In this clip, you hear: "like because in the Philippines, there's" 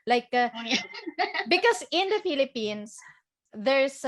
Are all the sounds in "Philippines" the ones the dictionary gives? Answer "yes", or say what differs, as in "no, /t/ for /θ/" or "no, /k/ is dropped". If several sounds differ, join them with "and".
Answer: no, /s/ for /z/